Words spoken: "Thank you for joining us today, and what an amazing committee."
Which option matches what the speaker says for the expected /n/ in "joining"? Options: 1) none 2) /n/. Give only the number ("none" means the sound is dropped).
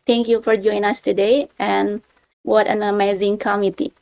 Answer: 1